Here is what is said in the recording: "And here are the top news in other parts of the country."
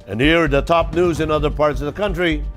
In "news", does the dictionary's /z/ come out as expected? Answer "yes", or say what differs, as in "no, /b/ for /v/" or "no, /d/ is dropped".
yes